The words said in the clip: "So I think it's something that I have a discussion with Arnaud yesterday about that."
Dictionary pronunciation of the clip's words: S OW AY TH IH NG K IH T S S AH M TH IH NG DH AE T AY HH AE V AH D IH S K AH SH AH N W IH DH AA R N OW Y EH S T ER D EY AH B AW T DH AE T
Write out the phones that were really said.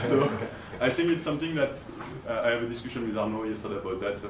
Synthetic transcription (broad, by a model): S OW AY TH IH NG K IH T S S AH M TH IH NG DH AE T AY HH AE V AH D IH S K AH SH AH N W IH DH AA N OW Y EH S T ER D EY AH B AW T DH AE T